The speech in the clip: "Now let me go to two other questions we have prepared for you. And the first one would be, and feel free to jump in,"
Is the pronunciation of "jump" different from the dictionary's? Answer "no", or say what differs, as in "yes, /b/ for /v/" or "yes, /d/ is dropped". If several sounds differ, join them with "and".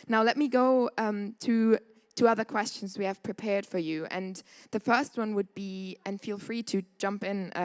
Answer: no